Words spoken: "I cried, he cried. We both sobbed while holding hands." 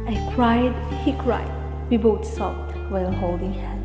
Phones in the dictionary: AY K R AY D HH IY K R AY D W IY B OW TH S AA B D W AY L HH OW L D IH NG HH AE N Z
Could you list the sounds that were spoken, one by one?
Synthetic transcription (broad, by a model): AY K R AY D HH IY K R AY D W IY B OW T S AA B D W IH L HH OW L D IH NG HH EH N